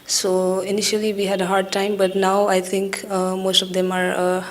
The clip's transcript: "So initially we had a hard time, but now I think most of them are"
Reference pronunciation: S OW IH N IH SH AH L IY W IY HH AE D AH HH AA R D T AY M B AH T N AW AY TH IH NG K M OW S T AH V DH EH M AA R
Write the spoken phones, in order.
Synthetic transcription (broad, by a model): S OW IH N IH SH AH L IY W IY HH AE D AH HH AA R D T AY M B AH T N AW AY T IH NG K M OW S T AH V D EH M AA R